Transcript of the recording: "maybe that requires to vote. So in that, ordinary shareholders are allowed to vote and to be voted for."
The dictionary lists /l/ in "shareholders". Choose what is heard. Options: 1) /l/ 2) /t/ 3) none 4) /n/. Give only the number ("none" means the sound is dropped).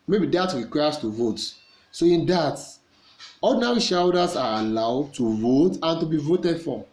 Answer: 3